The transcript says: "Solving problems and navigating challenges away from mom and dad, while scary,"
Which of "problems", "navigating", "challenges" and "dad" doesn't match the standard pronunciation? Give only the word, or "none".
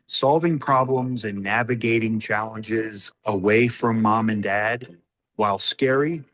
none